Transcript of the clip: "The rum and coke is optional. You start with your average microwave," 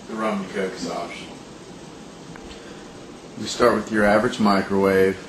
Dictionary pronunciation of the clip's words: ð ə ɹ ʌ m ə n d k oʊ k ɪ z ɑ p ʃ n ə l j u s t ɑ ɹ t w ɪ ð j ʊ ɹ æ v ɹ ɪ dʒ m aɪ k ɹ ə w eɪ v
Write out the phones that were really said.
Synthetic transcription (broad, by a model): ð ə ɹ ʌ m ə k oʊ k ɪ s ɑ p ʃ ə n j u s t ɑ ɹ t w ɪ ð j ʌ ɹ æ v ɹ ɪ dʒ m aɪ k ɹ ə w eɪ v